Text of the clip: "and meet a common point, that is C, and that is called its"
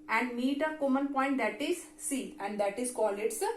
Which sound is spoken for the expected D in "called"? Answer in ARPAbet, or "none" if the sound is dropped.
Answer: none